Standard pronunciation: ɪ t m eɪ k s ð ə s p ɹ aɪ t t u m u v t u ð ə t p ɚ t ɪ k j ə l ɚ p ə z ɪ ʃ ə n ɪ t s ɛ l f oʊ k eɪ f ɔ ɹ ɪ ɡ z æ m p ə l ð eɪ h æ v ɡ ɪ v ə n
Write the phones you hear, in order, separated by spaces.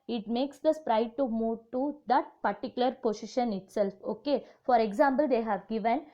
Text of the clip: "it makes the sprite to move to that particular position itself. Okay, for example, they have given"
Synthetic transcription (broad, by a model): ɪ t m eɪ k s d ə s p ɹ aɪ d t u m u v t u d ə t p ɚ t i k j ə l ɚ p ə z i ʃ ə n ɪ t s ɛ l f oʊ k eɪ f ɔ ɹ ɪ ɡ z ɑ m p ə l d eɪ h æ v ɡ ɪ v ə n